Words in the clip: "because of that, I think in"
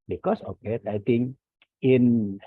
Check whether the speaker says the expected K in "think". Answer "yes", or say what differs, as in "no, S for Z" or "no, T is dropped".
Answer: no, K is dropped